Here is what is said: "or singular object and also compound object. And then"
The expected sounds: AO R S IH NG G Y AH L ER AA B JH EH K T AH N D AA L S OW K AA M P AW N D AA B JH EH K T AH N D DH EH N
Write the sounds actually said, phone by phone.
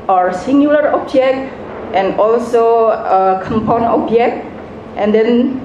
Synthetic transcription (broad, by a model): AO R S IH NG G Y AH L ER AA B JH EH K T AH N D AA L S OW K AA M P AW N AA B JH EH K T AH N D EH N